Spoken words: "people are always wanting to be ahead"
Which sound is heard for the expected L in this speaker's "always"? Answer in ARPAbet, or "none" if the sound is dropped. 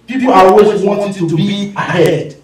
none